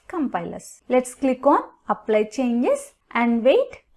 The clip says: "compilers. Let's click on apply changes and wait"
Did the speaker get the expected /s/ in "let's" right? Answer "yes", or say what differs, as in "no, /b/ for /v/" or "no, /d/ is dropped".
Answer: yes